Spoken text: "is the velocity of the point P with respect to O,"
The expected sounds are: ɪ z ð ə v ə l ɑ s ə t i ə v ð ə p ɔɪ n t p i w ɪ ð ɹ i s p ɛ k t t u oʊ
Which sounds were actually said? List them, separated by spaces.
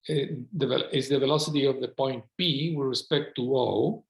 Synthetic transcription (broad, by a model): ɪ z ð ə v ə l ɑ s ə t i ə v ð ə p ɔɪ n t p i w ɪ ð ɹ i s p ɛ k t t u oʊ